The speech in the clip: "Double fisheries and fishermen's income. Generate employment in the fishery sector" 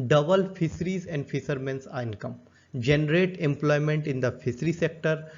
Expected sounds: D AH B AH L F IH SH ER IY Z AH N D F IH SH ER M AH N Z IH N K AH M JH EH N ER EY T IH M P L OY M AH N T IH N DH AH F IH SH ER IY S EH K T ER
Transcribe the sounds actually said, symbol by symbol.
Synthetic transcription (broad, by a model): D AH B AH L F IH S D IY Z AH N D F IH S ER M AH N S IH N K AH M JH EH N ER EY T IH M P L OY M AH N T IH N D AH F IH S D IY S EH K T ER